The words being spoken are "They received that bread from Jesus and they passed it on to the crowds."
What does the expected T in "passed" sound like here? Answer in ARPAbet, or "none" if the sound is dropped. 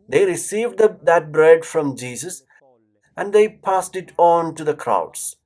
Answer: T